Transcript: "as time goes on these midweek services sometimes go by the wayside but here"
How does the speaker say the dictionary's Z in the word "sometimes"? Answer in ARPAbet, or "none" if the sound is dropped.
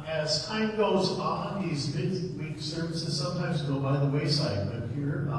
Z